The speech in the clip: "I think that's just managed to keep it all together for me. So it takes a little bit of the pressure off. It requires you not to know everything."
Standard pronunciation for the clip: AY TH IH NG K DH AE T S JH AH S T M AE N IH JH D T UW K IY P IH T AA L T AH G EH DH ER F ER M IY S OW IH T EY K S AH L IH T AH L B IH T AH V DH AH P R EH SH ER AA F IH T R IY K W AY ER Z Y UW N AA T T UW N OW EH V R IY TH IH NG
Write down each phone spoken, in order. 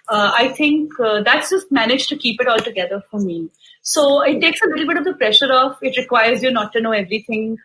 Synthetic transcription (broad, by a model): AY T IH NG K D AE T S JH AH S T M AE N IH JH T UW K IY P IH T AA L T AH G EH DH ER F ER M IY S OW IH T EY K S AH L IH T L B IH T AH V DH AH P R EH SH ER AA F IH T R IY K W AY ER Z Y UW N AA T T UW N OW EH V R IY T IH NG